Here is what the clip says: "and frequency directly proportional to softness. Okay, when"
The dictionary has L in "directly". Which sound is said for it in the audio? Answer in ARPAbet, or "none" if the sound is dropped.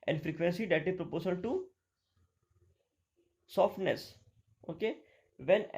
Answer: none